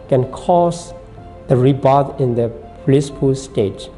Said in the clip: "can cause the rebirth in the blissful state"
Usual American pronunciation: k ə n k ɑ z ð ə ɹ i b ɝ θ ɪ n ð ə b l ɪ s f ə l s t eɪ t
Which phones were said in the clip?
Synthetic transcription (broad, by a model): k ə n k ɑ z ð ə ɹ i b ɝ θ ɪ n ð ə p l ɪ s p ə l s t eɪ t